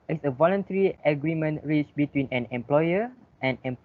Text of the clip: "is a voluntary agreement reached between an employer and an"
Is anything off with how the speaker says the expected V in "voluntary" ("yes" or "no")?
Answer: no